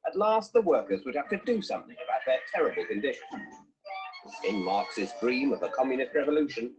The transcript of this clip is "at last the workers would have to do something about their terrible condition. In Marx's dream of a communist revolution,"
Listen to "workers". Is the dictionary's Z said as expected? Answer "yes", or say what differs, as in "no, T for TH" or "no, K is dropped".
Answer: yes